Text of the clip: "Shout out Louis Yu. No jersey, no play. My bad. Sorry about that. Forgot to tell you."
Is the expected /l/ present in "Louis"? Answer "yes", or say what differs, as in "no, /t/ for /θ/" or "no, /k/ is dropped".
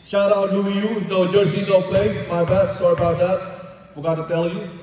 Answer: no, /w/ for /l/